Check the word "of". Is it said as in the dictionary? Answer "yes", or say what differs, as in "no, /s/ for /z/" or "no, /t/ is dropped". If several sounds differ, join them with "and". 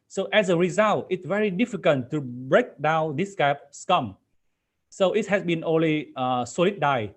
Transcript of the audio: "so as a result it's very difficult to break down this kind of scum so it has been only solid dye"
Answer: no, /p/ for /v/